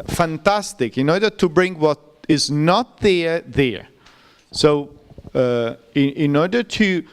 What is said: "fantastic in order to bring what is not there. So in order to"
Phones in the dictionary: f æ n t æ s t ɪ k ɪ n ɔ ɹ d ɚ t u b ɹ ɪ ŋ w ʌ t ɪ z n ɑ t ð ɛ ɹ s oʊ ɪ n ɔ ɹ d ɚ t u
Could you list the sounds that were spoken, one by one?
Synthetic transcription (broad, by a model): f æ n t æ s t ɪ k ɪ n ɔ ɹ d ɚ t u b ɹ ɪ ŋ w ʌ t ɪ z n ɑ t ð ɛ ɹ s oʊ ɪ n ɔ ɹ d ɚ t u